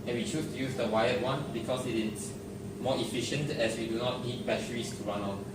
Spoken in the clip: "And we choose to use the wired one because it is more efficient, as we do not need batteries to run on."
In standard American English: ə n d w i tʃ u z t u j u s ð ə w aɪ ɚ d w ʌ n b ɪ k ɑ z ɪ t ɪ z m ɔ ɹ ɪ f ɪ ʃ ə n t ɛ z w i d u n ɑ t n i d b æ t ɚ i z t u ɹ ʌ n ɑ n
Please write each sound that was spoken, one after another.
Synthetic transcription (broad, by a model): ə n w i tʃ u s t u j u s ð ə w aɪ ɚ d w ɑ n b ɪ k ɑ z ɪ t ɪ s m ɔ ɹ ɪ f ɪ ʃ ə n t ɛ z w i d u n ɑ t n i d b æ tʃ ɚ i s t u ɹ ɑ n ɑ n